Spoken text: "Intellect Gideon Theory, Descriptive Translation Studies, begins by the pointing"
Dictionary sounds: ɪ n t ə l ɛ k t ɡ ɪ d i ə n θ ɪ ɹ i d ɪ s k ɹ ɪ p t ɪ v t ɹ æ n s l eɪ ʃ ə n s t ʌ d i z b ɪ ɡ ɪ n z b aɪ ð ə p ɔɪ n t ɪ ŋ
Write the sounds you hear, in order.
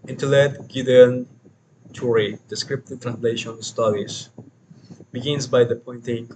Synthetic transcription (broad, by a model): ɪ n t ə l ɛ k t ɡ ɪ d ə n t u ɹ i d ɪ s k ɹ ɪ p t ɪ t ɹ æ n s l eɪ ʃ ə n s t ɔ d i s b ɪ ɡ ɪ n s b aɪ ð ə p ɔɪ n t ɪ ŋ